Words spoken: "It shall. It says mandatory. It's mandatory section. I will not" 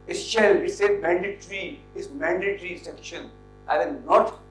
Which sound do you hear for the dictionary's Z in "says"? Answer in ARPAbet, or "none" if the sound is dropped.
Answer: none